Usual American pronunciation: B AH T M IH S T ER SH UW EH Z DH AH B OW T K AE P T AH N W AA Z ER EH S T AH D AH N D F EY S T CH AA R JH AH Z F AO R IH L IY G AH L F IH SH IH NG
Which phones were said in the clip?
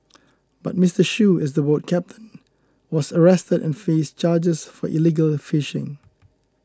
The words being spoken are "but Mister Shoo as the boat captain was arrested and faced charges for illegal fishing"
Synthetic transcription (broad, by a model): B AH T M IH S T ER SH UW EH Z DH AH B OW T K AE P T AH N W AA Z ER EH S T AH D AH N F EY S CH AA JH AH S F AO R IH L IY G AH L F IH SH IH NG